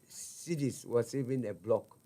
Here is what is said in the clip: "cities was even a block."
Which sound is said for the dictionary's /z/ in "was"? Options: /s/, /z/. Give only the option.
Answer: /s/